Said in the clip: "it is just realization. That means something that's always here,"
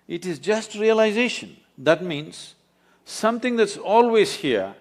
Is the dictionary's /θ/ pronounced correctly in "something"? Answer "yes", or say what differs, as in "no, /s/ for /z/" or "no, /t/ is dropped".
no, /t/ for /θ/